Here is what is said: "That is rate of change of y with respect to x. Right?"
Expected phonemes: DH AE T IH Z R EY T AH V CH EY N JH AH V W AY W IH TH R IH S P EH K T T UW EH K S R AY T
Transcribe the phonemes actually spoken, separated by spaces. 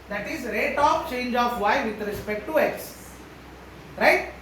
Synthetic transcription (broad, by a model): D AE T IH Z R EY T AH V CH EY N JH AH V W AY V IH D R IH S P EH K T T UW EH S R AY T